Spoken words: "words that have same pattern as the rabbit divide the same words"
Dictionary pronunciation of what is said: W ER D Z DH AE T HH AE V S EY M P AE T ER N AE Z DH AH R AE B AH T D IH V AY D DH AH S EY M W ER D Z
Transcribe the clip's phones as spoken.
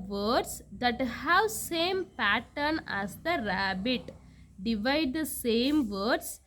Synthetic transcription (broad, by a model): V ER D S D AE T HH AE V S EY M P AE T ER N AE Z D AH R AE B AH T D IH V AY D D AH S EY M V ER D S